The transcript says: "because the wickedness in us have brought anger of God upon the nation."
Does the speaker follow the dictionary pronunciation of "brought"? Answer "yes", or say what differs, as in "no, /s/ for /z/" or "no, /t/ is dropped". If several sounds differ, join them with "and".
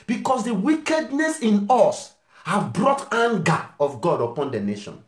yes